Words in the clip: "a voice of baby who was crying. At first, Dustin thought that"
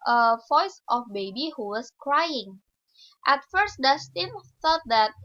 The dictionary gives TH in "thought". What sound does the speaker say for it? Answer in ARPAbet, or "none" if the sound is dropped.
F